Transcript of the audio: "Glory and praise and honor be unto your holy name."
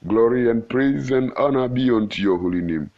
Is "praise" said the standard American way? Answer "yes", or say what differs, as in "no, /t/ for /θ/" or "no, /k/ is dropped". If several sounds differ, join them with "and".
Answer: yes